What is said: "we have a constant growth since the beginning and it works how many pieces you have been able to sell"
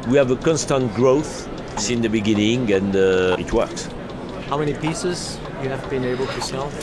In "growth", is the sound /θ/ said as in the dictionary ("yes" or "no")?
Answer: yes